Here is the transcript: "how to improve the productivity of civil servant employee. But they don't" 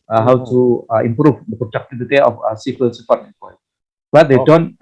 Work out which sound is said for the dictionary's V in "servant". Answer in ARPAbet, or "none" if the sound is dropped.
F